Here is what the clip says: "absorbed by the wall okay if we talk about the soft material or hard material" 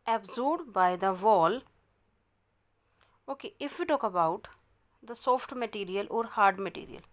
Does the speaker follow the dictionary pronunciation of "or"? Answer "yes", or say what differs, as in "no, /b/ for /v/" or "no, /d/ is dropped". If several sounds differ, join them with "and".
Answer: yes